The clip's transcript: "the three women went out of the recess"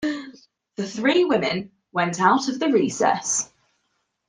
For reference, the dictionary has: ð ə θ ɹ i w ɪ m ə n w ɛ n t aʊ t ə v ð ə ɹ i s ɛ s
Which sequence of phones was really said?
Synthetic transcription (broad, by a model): ð ə θ ɹ i w ɪ m ə n w ɛ n t aʊ t ə v ð ə ɹ i s ɛ s